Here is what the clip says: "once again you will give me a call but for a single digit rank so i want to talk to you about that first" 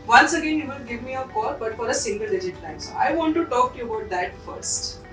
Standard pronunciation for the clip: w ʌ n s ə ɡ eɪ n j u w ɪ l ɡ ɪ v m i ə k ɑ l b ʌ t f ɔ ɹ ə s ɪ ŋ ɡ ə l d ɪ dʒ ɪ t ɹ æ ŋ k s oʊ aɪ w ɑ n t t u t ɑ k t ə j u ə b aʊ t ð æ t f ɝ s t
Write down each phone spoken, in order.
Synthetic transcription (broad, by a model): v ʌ n s ə ɡ eɪ n j u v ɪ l ɡ ɪ v m i ə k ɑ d b ʌ t f ɔ ɹ ə s ɪ ŋ ɡ ə l d ɪ dʒ ɪ t l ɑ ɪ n s oʊ aɪ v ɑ n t t u t ɑ k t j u ə b aʊ t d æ t f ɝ s t